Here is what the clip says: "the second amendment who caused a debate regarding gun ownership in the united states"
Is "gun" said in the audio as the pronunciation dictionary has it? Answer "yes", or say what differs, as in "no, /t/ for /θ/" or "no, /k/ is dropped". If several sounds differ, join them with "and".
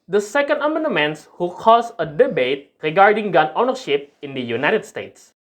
yes